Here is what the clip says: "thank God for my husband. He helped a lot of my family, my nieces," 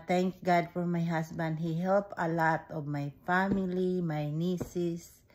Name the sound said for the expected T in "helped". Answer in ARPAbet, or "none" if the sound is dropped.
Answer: none